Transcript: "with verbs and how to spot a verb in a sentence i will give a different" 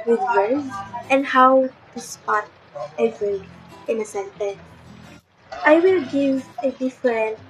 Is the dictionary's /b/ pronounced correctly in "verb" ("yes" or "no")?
no